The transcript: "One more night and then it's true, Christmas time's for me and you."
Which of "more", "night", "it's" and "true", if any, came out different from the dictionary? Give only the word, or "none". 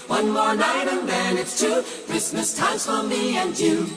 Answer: true